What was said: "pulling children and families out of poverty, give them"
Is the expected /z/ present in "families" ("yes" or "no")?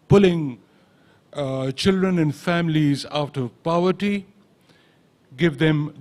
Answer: yes